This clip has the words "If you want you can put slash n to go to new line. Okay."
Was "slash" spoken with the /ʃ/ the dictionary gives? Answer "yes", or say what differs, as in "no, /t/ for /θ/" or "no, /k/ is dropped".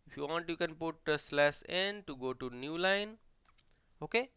no, /s/ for /ʃ/